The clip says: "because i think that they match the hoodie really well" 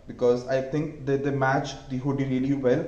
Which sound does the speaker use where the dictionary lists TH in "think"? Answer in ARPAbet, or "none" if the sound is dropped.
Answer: T